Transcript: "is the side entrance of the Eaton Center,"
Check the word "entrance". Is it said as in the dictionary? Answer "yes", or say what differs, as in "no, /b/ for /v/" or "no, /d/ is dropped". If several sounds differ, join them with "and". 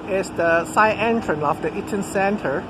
no, /s/ is dropped